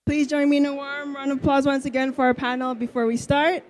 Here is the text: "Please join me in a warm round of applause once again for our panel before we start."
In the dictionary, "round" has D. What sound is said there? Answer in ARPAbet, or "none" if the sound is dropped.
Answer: none